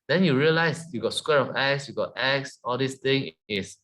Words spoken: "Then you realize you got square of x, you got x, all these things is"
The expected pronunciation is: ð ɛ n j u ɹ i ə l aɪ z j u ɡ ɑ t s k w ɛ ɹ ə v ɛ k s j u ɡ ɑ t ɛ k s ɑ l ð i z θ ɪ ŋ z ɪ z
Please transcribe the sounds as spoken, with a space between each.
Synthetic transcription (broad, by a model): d ɛ n j u ɹ i ə l aɪ s j u ɡ ɑ t s k w ɛ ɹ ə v ɛ k s j u ɡ ɑ t ɛ k s ɑ l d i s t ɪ ŋ ɪ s